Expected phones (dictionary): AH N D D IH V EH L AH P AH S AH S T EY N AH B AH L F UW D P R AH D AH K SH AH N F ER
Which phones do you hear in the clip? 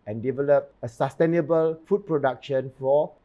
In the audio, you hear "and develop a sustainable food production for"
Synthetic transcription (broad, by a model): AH N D D IH V EH L AH P AH S AH S T EY N AH B AH L F UW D P R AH D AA K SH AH N F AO